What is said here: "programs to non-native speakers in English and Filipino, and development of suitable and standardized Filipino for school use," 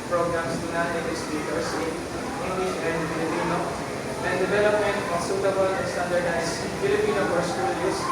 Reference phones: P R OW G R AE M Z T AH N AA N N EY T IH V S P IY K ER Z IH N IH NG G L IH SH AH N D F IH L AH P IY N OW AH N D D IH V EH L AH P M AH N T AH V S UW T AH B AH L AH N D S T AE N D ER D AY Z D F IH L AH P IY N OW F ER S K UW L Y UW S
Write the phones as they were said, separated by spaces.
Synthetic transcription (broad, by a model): P R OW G R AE M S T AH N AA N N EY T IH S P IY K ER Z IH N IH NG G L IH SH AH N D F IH L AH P IY N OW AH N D D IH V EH L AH P M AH N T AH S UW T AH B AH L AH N S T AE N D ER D AY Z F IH L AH P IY N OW P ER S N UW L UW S